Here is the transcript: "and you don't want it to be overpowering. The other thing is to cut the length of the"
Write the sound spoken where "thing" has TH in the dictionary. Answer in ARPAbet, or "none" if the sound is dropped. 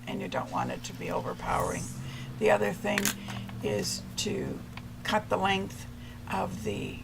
TH